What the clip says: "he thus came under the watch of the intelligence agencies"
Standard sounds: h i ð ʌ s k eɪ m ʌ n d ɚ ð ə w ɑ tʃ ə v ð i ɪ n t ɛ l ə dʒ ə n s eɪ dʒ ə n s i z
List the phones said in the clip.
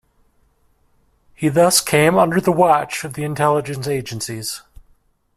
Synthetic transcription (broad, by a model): h i ð ʌ s k eɪ m ʌ n d ɚ ð ə w ɑ tʃ ə v ð i ɪ n t ɛ l ə dʒ ə n s eɪ dʒ ə n s i z